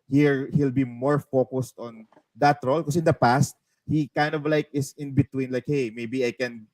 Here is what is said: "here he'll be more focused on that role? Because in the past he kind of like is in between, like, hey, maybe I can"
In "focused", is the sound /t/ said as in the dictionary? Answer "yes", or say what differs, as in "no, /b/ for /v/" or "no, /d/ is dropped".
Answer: yes